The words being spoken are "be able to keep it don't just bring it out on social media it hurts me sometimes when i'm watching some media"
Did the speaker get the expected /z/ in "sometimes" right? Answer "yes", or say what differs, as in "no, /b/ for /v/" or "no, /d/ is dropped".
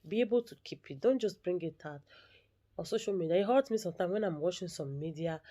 no, /z/ is dropped